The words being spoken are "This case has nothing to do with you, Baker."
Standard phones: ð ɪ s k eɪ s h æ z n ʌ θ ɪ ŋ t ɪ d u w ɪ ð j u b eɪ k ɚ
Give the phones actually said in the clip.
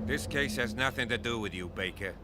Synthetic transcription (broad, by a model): ð ɪ s k eɪ s h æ z n ʌ θ ɪ ŋ t ɪ d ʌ w ɪ ð j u b eɪ k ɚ